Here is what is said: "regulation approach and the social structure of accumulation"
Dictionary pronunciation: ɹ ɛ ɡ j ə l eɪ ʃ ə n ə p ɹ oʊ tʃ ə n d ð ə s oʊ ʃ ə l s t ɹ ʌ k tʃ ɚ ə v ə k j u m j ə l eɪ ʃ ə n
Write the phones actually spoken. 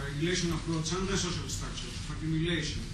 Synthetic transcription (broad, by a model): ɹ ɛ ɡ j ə l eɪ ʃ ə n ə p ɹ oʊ s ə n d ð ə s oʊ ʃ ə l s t ʌ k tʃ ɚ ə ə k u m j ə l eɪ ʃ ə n